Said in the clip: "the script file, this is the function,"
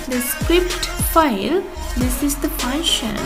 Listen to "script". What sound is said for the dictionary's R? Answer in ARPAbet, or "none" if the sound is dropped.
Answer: R